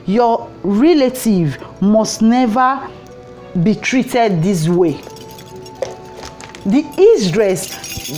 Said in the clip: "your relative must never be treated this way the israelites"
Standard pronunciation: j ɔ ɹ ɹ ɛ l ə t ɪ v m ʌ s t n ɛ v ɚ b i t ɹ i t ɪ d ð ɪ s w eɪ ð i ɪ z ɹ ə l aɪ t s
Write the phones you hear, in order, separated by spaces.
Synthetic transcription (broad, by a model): j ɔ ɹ ɹ ɛ l ə t ɪ v m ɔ s t n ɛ v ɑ b i t ɹ i t ɪ d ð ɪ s w eɪ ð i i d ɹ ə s